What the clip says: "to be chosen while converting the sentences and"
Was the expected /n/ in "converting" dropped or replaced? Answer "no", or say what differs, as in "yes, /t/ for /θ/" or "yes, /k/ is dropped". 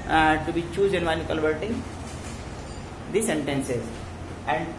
yes, /l/ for /n/